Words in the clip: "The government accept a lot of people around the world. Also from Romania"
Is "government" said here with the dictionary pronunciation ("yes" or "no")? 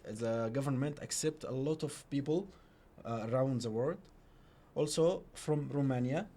yes